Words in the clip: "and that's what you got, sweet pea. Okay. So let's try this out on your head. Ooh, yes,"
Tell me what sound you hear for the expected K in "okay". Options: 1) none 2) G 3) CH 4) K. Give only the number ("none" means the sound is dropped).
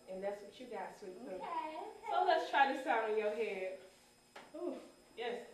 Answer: 1